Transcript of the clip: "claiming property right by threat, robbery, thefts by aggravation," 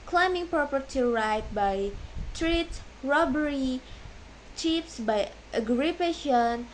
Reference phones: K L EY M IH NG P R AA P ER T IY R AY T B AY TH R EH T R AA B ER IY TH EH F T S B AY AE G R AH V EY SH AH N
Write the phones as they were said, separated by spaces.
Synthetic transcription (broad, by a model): K L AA M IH NG P R AA P ER T IY R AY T B AY T R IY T R AA B ER IY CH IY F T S B AY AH G R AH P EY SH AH N